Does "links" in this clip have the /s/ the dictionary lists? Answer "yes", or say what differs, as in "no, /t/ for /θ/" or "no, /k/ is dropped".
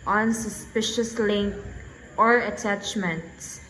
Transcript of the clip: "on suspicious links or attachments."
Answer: no, /s/ is dropped